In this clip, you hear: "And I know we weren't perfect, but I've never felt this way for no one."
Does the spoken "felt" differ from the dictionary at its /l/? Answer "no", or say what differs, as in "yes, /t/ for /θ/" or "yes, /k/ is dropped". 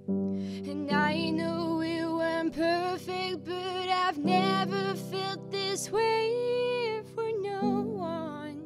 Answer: no